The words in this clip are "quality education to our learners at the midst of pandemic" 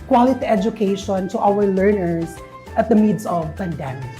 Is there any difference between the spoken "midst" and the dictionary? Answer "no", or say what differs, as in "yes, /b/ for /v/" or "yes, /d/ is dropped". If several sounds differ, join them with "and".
yes, /t/ is dropped